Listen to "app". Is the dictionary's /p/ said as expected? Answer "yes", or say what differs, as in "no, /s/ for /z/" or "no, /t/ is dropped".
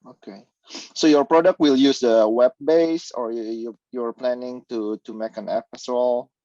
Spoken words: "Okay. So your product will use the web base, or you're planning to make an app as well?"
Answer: no, /f/ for /p/